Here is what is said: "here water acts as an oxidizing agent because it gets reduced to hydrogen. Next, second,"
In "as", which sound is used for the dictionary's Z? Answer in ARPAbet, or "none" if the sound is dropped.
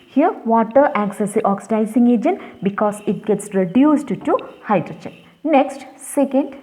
S